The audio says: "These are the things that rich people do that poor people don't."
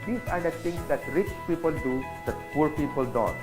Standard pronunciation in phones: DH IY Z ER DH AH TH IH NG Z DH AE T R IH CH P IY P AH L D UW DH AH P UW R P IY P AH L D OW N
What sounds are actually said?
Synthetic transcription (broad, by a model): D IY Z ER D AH T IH NG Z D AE T R IH CH P IY P AH L D UW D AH P UW R P IY P AH L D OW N